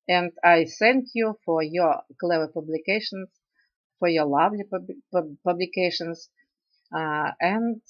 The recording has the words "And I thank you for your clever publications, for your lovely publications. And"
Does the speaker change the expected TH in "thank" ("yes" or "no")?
yes